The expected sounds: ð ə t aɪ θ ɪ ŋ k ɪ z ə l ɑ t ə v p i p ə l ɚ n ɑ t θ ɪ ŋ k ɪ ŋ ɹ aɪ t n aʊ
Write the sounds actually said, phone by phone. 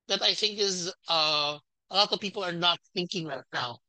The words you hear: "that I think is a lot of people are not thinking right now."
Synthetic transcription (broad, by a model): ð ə t aɪ θ ɪ ŋ k ɪ z ə l ɑ t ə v p i p l ɚ n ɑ t θ ɪ ŋ k ɪ ŋ ɹ aɪ t n aʊ